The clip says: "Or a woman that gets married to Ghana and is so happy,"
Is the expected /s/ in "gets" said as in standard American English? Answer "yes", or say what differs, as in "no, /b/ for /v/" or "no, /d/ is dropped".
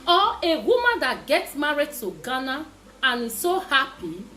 yes